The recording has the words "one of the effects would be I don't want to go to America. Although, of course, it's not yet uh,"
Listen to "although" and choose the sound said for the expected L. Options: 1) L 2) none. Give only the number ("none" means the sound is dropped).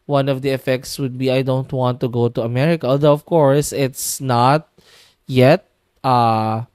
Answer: 2